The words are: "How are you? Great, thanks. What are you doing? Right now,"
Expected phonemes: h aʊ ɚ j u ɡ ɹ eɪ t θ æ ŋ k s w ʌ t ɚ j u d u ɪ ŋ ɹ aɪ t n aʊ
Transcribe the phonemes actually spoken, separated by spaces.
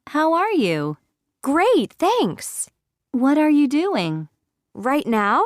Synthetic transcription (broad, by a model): h aʊ ɚ j u ɡ ɹ eɪ t θ æ ŋ k s w ʌ t ɚ j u d u ɪ ŋ ɹ aɪ t n aʊ